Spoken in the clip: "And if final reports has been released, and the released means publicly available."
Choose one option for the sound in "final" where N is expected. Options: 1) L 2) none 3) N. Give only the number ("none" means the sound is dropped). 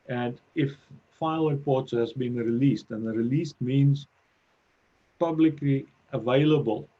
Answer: 2